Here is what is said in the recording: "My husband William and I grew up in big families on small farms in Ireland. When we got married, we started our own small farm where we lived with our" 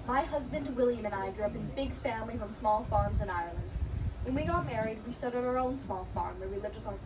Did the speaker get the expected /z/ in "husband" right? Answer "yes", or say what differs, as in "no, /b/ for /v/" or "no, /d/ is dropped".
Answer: yes